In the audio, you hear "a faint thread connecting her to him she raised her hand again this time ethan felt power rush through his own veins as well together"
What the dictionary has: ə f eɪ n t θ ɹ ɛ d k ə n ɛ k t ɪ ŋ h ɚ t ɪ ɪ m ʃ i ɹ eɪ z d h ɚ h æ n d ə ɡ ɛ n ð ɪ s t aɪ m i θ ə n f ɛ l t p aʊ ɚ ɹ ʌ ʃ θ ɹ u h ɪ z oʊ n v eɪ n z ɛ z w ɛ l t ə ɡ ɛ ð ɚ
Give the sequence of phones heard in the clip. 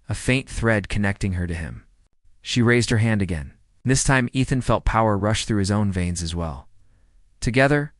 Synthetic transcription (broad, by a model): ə f eɪ n θ ɹ ɛ d k ə n ɛ k t ɪ ŋ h ɚ t ɪ ɪ m ʃ i ɹ eɪ z d h ɚ h æ n d ə ɡ ɛ n ð ɪ s t aɪ m i θ ə n f ɛ l t p aʊ ɚ ɹ ʌ ʃ θ ɹ u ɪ z oʊ n v eɪ n z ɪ z w ɛ l t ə ɡ ɛ ð ɚ